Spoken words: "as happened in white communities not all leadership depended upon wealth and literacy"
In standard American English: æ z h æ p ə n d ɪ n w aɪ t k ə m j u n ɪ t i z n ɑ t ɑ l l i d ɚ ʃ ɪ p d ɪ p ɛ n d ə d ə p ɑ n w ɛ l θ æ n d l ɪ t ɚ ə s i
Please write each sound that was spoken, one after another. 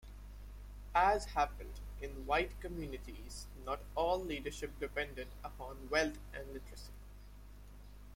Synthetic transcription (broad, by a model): æ z h æ p ə n d ɪ n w aɪ t k ə m j u n ɪ t i z n ɑ t ɑ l l i d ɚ ʃ ɪ p d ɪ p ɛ n d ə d ə p ɑ n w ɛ l t æ n d l ɪ t ɚ ə s i